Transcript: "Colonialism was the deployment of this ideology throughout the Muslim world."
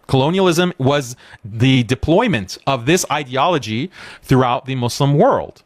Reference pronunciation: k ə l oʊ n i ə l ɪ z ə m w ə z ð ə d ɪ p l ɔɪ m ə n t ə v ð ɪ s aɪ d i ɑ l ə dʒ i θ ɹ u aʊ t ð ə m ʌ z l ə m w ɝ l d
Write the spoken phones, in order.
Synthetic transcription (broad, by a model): k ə l oʊ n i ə l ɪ z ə m w ə z ð ə d ɪ p l ɔɪ m ə n t ə v ð ɪ s aɪ d i ɑ l ə dʒ i θ ɹ u aʊ t ð ə m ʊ s l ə m w ɝ l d